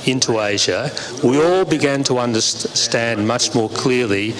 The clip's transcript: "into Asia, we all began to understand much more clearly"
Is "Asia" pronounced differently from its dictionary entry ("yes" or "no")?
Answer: no